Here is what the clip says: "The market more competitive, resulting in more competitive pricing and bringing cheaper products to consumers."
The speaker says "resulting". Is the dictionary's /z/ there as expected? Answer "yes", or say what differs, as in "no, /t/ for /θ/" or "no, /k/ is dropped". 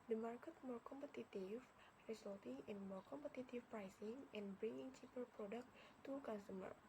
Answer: no, /s/ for /z/